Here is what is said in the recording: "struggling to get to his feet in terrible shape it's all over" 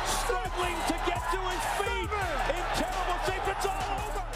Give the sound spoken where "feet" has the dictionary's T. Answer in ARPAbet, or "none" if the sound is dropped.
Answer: none